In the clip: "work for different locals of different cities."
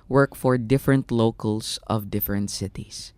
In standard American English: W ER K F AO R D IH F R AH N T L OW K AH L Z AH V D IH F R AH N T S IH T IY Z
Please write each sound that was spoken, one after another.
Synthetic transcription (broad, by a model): W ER K F AO R D IH F R AH N T L OW K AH L S AH V D IH F R AH N T S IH T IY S